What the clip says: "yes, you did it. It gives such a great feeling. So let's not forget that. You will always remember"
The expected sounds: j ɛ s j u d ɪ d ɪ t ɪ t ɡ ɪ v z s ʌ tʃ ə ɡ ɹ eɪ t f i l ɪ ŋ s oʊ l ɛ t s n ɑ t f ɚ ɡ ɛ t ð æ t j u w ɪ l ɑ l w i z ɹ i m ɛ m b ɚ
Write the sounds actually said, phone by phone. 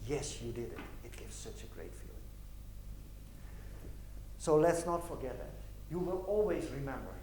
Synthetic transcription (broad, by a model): j ɛ s j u d ɪ d ɪ t ɪ t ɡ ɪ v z s ʌ tʃ ə ɡ ɹ eɪ t f i l ɪ ŋ s oʊ l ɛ t s n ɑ t f ɚ ɡ ɛ t ð æ t j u w ɪ l ɑ l w i z ɹ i m ɛ m b ɚ